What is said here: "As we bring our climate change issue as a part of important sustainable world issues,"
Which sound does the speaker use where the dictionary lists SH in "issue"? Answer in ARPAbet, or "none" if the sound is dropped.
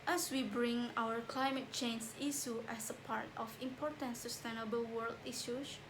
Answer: S